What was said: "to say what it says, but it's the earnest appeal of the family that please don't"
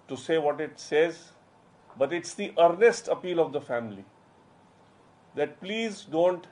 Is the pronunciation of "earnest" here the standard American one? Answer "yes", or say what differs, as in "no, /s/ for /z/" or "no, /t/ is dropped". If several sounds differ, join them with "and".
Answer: yes